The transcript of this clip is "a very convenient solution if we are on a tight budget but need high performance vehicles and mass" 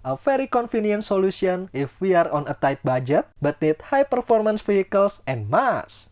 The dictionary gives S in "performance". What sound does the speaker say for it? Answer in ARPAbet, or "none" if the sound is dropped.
S